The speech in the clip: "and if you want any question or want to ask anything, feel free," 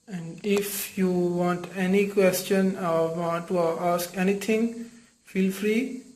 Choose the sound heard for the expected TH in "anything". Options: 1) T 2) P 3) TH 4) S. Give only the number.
1